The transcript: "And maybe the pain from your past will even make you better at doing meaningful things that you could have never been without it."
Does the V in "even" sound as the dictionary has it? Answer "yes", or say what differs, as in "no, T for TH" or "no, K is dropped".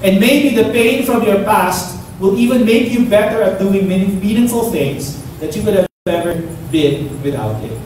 yes